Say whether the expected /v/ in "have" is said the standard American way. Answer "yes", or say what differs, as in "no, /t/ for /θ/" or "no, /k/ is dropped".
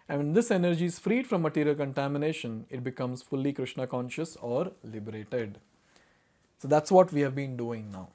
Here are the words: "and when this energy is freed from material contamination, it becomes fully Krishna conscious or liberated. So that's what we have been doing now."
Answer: yes